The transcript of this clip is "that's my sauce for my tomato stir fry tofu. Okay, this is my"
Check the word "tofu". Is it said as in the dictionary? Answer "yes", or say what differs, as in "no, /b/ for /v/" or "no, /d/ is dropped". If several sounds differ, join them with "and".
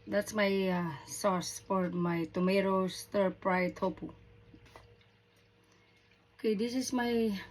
no, /p/ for /f/